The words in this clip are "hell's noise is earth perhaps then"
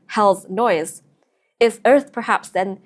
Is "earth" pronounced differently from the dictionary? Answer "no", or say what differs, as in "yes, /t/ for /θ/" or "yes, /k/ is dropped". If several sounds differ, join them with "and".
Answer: no